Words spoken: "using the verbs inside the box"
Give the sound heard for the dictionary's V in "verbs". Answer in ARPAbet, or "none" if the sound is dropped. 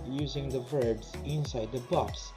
V